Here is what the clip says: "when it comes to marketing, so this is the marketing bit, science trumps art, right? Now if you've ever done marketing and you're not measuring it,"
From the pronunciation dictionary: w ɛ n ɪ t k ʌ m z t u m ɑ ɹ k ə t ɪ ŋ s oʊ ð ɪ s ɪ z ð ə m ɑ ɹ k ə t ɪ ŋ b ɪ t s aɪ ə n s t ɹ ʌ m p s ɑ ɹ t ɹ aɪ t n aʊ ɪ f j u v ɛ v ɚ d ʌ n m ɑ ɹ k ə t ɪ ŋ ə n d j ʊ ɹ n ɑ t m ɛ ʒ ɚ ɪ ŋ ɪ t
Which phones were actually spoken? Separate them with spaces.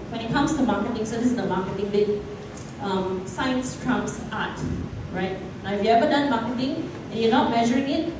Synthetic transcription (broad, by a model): w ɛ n ɪ t k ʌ m s t u m ɑ k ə t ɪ ŋ s oʊ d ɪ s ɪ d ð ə m ɑ k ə t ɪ ŋ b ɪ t s aɪ ə n s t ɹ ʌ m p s ɑ t ɹ aɪ t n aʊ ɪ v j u ɛ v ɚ d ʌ n m ɑ k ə t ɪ ŋ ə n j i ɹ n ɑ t m ɛ ʒ ɚ ɪ ŋ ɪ t